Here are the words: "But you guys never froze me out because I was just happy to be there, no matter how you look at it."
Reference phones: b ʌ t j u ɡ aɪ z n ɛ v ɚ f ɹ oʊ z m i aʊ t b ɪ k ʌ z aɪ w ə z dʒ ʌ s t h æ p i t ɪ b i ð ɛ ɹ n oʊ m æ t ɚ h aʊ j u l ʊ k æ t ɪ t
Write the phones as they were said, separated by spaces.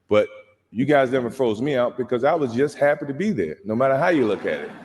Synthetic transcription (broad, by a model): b ʌ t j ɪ ɡ aɪ z n ɛ v ɚ f ɹ oʊ z m i aʊ t b ɪ k ʌ z aɪ w ə z dʒ ʌ s t h æ p i t ɪ b i ð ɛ ɹ n oʊ m æ t ɚ h aʊ j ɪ l ʊ k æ t ɪ t